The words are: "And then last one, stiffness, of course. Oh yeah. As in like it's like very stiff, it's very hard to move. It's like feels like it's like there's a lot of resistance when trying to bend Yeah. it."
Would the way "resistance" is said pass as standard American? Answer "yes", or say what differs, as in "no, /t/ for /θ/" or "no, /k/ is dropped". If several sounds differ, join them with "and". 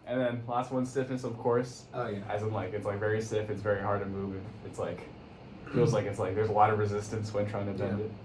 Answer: yes